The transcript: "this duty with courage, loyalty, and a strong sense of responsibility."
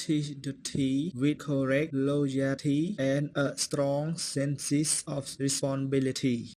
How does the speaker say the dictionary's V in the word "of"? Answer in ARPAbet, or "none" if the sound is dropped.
F